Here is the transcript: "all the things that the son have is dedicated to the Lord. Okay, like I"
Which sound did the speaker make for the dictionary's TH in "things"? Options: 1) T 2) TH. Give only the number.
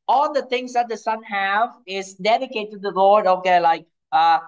1